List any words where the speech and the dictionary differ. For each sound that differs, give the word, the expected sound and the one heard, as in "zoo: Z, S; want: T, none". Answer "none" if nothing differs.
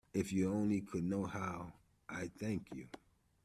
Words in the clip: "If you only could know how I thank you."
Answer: none